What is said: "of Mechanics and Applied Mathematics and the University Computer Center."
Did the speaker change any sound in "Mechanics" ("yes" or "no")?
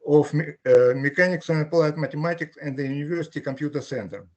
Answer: no